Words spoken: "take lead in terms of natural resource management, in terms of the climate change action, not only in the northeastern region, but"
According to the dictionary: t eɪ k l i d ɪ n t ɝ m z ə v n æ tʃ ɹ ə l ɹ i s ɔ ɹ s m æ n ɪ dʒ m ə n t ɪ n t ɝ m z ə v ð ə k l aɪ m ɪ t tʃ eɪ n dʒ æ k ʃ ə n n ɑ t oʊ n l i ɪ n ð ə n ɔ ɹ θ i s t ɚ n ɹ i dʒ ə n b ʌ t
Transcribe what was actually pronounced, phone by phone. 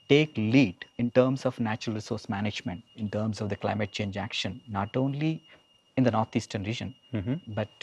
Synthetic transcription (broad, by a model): t eɪ k l i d ɪ n t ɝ m s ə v n æ tʃ ɹ ə l ɹ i s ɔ ɹ s m æ n ɪ dʒ m ə n t ɪ n t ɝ m s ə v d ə k l aɪ m ɪ t tʃ eɪ n dʒ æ k ʃ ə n n ɑ t oʊ n l i ɪ n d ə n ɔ ɹ t i s t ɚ n ɹ i dʒ ə n b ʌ t